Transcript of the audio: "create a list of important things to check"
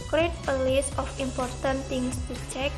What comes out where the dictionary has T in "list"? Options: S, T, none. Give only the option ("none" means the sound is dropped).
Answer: none